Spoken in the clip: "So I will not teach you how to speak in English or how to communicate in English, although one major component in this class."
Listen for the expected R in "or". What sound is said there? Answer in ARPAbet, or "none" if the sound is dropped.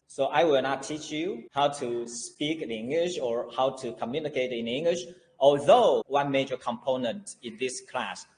R